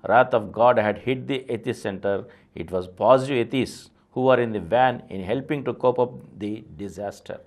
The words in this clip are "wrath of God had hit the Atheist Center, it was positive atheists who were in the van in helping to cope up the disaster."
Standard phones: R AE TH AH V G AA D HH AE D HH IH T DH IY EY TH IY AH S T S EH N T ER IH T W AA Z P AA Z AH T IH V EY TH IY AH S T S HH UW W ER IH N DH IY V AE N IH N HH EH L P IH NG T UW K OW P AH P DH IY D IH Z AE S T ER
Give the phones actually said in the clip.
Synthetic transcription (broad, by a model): R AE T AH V G AA D HH AE D HH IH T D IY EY T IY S S EH N T ER IH T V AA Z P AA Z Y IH EY T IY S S HH UW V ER IH N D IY V AE N IH N HH EH L P IH NG T UW K OW P AH P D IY D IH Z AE S T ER